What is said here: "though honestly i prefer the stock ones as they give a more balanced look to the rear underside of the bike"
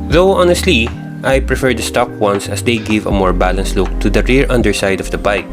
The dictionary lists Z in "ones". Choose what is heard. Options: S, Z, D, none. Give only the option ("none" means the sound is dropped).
S